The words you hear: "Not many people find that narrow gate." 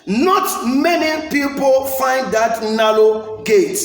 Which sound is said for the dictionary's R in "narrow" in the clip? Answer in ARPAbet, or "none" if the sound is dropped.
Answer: L